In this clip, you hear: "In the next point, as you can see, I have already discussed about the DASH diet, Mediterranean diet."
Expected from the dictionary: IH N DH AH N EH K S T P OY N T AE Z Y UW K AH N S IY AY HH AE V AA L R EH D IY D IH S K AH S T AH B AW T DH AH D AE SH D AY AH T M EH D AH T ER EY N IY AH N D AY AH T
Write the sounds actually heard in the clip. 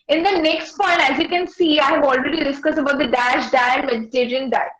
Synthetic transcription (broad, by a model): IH N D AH N EH K S T P OY N T AE Z Y UW K AH N S IY AY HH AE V AA L R EH D IY D IH S K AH S AH B AW T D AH D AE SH D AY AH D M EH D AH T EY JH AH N D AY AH